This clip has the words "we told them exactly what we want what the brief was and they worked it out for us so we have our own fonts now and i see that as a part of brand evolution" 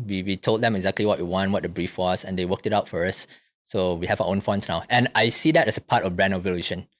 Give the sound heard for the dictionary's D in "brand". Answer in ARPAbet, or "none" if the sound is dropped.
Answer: none